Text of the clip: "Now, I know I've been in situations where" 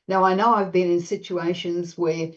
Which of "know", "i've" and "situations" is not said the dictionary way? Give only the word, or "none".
none